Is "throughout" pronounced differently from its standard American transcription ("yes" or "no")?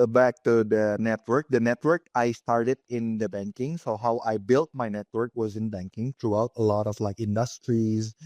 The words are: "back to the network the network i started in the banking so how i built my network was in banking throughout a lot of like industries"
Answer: yes